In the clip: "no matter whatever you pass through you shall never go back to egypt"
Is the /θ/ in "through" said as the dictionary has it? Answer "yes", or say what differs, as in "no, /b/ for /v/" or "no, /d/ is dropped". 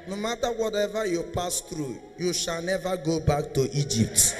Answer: no, /t/ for /θ/